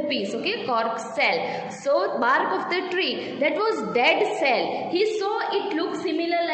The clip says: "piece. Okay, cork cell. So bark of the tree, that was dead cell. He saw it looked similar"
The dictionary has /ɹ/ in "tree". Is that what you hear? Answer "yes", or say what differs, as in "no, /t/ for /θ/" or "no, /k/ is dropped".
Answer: yes